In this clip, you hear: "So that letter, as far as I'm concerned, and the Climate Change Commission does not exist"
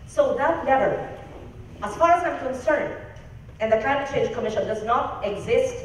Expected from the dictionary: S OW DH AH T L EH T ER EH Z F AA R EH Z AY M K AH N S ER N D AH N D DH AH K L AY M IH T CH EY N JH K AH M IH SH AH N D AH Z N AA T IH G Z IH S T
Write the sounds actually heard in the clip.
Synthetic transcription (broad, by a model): S OW DH AH T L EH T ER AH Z F AA R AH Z AY M K AH N S ER N D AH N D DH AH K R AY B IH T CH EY JH K AH M IH SH AH N D AH Z N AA T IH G Z IH S T